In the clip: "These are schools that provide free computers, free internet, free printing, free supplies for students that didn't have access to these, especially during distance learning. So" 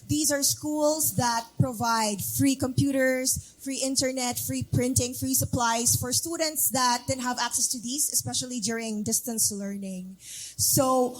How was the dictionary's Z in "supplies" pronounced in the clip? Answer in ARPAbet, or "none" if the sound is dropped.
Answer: S